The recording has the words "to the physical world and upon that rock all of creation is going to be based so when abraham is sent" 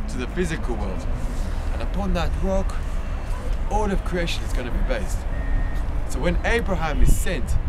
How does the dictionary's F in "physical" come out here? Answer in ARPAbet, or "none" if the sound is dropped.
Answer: F